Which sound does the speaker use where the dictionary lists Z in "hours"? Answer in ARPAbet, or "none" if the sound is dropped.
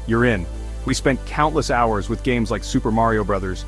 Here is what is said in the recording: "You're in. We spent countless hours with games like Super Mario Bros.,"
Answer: Z